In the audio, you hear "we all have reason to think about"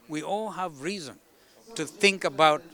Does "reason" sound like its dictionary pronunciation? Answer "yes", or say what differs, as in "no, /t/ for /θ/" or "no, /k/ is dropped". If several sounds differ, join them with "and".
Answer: yes